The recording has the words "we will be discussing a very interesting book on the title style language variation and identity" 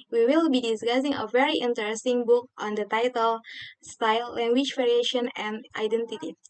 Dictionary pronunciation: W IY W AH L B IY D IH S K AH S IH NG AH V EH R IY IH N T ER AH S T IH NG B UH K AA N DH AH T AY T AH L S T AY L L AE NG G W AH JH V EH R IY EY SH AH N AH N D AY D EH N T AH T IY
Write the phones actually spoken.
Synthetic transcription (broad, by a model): W IY W AH L B IY D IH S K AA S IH NG AH V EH R IY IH N T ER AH S T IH NG B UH K AA N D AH T AY T AH L S T AY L L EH NG G W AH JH V EH R IY EY SH AH N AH N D AY D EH N T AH T IY